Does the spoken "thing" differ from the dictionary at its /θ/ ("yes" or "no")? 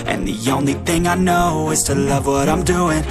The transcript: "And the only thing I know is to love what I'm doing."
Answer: no